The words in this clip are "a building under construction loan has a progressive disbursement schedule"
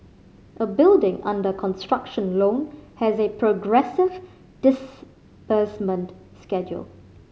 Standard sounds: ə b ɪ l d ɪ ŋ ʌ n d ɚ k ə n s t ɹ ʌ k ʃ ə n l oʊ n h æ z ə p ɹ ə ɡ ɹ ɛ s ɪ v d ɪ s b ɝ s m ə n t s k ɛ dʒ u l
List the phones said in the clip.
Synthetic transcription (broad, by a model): ə b ɪ l d ɪ ŋ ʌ n d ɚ k ə n s t ɹ ʌ k ʃ ə n l oʊ n h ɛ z ə p ɹ ə ɡ ɹ ɛ s ɪ v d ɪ s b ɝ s m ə n t s k ɛ dʒ u l